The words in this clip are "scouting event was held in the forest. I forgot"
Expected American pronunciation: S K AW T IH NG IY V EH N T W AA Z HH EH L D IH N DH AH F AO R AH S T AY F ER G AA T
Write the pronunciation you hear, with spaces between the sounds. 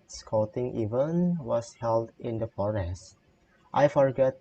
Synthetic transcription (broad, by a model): S K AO T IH NG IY V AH N W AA S HH EH L D IH N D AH F AO R AH S T AY F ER G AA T